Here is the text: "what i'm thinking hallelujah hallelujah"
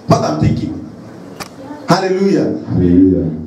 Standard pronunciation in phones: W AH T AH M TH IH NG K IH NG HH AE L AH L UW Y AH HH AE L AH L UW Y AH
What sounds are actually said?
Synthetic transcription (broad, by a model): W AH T AH M T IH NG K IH HH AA L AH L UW Y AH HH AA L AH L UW Y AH